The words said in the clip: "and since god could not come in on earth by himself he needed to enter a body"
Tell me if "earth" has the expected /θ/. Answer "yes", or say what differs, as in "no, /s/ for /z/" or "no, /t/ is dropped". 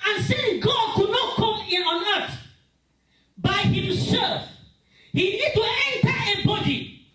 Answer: no, /s/ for /θ/